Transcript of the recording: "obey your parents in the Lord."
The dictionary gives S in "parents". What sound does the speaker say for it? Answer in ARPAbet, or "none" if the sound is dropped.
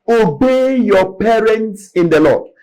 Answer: S